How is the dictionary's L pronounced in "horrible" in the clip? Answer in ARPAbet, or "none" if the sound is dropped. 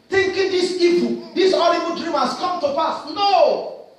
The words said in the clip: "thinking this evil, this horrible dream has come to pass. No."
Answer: N